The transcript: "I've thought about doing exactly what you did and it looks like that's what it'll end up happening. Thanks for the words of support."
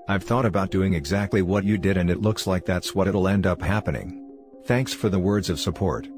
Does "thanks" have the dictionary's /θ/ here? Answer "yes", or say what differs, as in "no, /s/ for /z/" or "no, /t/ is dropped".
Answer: yes